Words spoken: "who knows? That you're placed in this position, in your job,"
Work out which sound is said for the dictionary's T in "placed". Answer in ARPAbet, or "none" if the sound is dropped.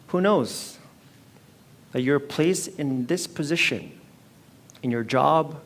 none